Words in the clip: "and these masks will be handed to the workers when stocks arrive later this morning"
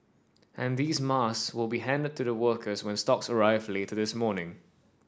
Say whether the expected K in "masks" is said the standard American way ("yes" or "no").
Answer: no